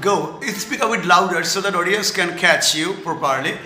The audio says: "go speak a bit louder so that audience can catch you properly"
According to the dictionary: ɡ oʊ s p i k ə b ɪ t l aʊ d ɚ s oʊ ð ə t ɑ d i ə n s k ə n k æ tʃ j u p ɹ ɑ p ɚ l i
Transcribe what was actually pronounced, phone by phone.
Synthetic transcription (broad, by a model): ɡ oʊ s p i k ə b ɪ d l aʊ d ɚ s oʊ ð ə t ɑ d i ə s k ə n k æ tʃ j u p ɹ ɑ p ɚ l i